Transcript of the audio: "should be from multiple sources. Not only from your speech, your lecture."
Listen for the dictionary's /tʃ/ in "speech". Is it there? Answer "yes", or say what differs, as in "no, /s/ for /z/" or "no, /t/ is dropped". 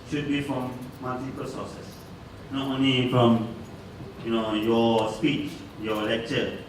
yes